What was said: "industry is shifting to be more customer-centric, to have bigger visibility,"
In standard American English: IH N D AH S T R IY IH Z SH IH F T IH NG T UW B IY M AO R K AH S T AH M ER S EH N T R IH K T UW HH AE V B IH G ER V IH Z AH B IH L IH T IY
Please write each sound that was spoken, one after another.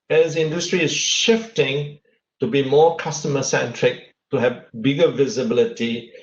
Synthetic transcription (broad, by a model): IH N D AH S T R IY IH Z SH IH F T IH NG T UW B IY M AO K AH S T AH M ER S EH N T R IH K T UW HH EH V B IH G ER V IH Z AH B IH L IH T IY